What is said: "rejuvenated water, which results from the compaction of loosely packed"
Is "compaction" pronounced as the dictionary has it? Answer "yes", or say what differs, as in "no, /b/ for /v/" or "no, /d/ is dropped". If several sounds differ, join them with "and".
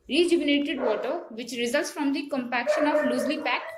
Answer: yes